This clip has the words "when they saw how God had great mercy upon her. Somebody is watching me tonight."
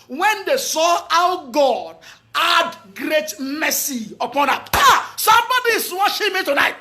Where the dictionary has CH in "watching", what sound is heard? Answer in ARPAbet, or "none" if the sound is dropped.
SH